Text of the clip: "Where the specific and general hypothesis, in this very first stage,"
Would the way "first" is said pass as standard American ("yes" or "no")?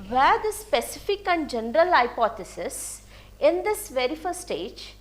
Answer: no